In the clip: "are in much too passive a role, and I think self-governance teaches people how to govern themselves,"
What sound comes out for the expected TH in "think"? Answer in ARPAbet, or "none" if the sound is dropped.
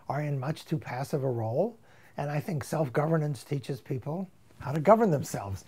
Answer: TH